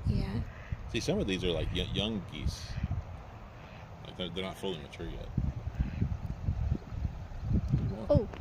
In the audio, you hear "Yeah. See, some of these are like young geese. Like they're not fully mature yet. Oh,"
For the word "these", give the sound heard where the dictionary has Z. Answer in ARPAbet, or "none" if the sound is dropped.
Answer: Z